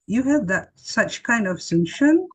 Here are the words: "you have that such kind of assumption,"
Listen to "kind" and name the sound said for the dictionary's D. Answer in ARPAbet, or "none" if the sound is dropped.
D